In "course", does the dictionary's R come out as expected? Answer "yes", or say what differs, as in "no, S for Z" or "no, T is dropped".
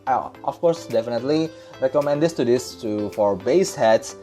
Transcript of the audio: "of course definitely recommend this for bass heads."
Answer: yes